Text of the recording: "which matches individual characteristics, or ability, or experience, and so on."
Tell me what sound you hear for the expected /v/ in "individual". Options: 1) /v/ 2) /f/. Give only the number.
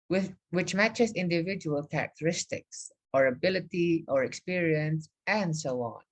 1